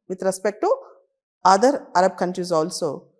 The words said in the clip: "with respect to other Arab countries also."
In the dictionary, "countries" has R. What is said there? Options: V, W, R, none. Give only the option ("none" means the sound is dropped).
R